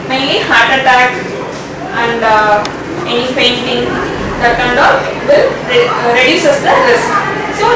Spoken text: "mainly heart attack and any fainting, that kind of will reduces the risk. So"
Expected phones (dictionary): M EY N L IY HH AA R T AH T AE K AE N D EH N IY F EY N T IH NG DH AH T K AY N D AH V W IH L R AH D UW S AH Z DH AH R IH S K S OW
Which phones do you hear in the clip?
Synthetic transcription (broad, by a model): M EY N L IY HH AA R T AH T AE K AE N D EH N IY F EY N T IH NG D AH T K AY N D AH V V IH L R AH D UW S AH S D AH L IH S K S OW